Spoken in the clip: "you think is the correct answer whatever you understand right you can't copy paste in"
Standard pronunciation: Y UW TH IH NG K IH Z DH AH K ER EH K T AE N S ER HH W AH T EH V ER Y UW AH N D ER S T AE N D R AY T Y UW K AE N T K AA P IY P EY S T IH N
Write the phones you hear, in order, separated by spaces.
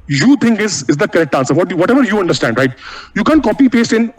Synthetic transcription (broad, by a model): Y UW T IH NG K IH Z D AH K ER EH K T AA N S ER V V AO T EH V ER Y UW AH N D ER S T AE N D R AY T Y UW K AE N K AA P IY P EY S T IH N